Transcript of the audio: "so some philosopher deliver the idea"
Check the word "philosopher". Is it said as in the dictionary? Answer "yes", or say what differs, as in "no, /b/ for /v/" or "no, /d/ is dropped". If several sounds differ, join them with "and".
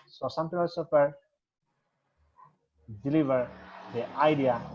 no, /p/ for /f/ and /l/ is dropped